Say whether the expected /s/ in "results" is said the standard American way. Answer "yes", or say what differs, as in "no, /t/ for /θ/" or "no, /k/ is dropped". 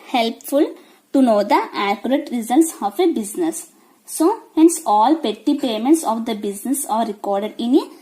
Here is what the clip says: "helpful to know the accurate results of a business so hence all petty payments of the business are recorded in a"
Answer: yes